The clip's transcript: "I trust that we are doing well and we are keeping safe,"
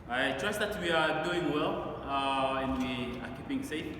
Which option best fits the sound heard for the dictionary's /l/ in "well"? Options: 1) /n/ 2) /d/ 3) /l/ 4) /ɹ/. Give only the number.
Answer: 3